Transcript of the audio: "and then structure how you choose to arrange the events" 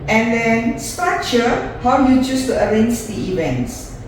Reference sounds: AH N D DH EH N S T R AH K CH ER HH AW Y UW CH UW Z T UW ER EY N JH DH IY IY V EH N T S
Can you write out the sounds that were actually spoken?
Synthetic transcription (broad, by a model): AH N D EH N S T AA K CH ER HH AW Y UW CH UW S T UW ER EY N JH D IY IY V EH N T S